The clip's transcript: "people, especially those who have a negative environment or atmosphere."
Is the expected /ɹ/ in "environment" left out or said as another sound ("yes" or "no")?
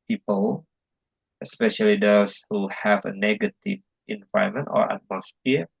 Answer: yes